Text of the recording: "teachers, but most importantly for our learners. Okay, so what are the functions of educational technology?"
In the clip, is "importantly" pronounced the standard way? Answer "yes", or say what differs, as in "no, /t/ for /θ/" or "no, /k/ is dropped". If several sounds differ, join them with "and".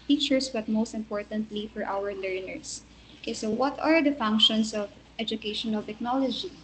yes